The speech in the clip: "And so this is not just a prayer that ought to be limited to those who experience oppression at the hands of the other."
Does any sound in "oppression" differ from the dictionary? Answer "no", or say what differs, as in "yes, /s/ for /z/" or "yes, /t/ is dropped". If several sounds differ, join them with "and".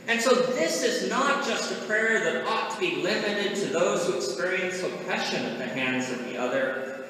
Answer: yes, /ɹ/ is dropped